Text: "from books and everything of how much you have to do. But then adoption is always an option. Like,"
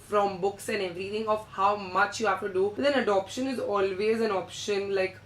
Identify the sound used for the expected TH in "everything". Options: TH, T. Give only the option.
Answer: T